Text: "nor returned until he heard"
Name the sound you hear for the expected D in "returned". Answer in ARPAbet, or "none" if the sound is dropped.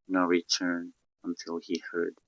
none